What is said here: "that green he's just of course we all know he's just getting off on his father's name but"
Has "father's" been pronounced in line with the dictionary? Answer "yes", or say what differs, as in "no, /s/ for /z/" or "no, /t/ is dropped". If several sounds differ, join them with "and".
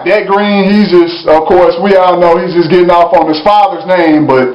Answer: yes